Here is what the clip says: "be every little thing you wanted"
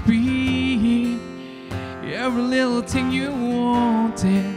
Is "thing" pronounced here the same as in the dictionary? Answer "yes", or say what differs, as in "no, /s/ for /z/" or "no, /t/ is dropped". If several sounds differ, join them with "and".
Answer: no, /t/ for /θ/